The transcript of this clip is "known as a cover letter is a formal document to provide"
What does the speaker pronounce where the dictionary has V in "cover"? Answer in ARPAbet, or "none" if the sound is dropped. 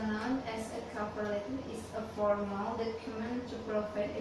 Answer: P